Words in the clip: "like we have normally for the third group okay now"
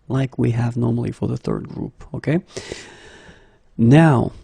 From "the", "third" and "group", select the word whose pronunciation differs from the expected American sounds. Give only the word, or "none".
none